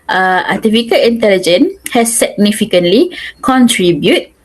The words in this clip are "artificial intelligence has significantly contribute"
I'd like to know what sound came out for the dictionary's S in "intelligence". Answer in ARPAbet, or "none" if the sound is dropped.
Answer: none